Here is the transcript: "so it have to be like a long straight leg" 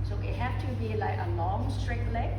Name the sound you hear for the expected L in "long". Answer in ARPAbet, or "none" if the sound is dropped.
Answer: N